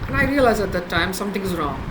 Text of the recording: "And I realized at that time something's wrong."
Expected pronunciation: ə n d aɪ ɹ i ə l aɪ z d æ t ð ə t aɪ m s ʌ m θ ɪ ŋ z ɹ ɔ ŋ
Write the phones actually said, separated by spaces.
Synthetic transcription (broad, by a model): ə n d aɪ ɹ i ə l aɪ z æ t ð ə t aɪ m s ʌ m t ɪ ŋ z ɹ ɔ ŋ